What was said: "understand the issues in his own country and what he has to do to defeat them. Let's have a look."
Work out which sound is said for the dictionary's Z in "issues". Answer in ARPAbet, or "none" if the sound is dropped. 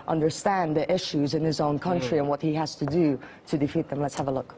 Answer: Z